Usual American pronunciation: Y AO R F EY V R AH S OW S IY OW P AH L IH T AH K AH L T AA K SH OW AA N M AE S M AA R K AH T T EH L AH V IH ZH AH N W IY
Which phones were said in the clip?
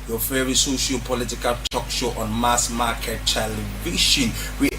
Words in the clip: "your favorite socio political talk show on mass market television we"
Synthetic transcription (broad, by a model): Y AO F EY R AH S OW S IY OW P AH L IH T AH K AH L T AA K SH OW AA N M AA S M AA K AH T T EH L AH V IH SH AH N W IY